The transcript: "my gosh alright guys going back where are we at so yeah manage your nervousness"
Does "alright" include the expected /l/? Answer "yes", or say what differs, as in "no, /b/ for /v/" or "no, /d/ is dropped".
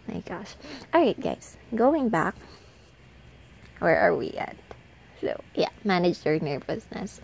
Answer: no, /l/ is dropped